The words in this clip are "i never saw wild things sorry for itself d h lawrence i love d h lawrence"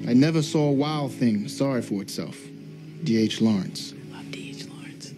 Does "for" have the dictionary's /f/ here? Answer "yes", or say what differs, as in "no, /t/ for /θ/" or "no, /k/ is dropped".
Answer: yes